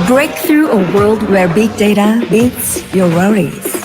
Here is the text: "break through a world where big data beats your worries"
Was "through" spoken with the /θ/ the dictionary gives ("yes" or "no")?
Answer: yes